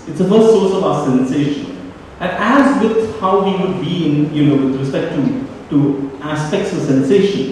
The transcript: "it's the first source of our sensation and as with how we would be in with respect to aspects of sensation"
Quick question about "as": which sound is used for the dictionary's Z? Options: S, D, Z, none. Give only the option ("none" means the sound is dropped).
Z